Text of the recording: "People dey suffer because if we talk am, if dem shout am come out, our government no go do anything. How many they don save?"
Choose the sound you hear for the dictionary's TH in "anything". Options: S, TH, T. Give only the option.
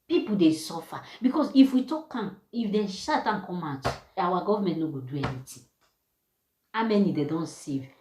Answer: T